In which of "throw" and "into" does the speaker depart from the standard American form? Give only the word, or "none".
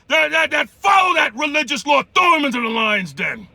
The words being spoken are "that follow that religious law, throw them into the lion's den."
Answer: throw